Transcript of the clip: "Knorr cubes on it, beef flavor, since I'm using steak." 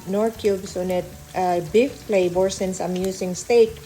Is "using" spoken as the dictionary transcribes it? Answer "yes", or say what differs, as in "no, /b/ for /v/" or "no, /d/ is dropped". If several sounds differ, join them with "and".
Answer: no, /s/ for /z/